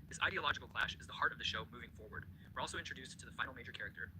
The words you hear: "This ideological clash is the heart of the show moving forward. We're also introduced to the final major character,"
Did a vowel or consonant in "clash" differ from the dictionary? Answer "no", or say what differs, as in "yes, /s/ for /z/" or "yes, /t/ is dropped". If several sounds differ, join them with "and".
no